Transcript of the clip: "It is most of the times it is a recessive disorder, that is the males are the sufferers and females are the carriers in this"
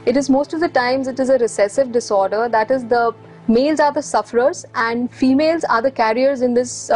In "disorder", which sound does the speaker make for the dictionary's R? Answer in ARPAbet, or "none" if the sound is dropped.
R